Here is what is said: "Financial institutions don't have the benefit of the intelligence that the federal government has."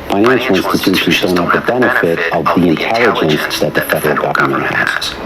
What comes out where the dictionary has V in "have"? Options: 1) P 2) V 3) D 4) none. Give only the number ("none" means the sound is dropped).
1